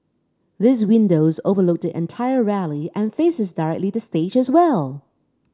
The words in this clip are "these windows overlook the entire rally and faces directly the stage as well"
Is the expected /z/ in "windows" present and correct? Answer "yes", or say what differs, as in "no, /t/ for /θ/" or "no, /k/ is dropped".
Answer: yes